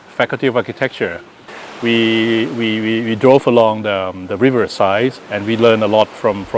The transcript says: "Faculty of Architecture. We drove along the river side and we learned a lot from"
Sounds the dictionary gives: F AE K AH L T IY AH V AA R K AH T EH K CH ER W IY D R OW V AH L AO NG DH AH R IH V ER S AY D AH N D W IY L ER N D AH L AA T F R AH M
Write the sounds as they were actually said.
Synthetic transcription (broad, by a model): F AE K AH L T IY AH V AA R K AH T EH K CH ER W IY D R OW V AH L AO NG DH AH R IH V ER S AY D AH N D W IY L ER N AH L AA T F R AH M